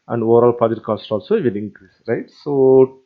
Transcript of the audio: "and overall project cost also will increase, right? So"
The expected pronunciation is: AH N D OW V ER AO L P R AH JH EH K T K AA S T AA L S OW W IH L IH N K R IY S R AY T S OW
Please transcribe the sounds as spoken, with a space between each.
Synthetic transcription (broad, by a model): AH N D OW V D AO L P AH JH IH T K AA S T AA L S OW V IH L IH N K R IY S R AY T S OW